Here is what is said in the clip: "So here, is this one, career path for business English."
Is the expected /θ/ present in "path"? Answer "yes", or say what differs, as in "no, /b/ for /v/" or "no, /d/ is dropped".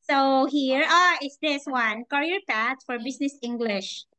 no, /t/ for /θ/